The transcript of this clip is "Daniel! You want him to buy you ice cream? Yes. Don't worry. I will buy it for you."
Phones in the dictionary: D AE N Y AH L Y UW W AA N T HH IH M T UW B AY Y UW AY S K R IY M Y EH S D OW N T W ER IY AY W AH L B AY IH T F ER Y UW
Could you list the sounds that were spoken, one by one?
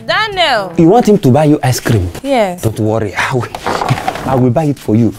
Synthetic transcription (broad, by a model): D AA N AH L Y UW W AA N T HH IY M T UW B AY Y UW AY S K R IY M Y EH D OW N T W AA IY AY W AH L B AY IH T F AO Y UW